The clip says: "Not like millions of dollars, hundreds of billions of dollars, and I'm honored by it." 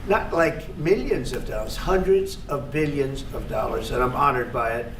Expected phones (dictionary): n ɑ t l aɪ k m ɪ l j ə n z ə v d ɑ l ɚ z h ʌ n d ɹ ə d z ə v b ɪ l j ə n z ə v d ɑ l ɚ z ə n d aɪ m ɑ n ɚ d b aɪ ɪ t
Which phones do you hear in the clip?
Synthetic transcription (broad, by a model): n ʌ t l aɪ k m ɪ l j ə n z ə v d ɑ l ɚ z h ʌ n d ɹ ə d z ə v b ɪ l j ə n z ə v d ɑ l ɚ z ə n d aɪ m ɑ n ɚ d b aɪ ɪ t